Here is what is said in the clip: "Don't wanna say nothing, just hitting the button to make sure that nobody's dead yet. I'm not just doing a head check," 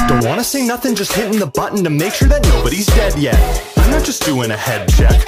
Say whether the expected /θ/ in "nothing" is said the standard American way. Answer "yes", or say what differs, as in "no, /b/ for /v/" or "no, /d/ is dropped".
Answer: yes